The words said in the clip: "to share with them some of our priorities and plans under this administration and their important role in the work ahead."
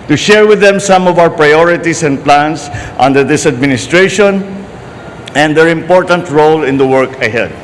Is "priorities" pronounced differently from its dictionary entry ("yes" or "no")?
yes